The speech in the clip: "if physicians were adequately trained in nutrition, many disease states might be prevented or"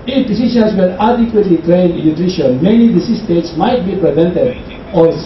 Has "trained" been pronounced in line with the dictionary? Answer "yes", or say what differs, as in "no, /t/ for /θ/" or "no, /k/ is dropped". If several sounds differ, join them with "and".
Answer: no, /d/ is dropped